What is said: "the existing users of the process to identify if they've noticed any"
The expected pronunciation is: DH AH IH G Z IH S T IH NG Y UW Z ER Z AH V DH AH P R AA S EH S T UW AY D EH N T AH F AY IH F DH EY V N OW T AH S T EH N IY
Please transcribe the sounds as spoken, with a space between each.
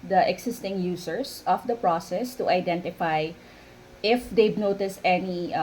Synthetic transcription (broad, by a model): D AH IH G S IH S T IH NG Y UW S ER S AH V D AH P R AA S EH S T UW AY D EH N T AH F AY IH F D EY B N OW T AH S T EH N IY